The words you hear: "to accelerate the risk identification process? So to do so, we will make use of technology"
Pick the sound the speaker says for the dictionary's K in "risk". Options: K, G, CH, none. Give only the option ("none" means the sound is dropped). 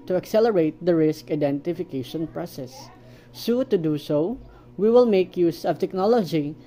K